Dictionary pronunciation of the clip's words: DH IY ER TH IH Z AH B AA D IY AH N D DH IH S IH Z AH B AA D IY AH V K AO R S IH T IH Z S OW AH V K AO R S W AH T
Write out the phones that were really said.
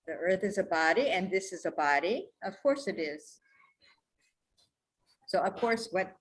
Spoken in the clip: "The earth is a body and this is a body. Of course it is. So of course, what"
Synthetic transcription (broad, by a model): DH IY ER TH IH Z AH B AA D IY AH N DH IH S IH Z AH B AA D IY AH V K AO R S IH T IH Z S OW AH V K AO R S W AH T